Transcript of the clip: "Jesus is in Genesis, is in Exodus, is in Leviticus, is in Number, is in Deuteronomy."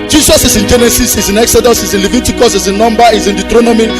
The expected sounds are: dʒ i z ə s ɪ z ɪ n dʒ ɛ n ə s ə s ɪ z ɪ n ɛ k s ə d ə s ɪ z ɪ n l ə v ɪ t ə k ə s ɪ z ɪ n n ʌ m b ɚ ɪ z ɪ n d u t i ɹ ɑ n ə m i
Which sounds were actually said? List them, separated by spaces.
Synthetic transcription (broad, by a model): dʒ i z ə s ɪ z ɪ n dʒ ɛ n ə s ə s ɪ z ɪ n ɛ k s ə d ə s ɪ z ɪ n l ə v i t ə k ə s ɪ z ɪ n n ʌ m b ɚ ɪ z ɪ n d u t ɹ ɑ n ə m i